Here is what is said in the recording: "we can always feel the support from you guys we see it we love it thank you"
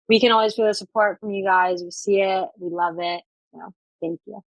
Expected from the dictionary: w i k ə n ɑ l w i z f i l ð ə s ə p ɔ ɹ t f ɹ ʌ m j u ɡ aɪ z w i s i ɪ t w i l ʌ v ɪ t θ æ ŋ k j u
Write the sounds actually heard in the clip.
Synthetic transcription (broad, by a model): w i k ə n ɑ l w i z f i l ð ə s ə p ɔ ɹ t f ɹ ʌ m j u ɡ aɪ z w i s i ɪ t w i l ʌ v ɪ t θ æ ŋ k j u